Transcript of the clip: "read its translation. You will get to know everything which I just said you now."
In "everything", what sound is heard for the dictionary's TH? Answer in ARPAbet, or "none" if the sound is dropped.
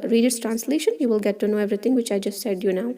T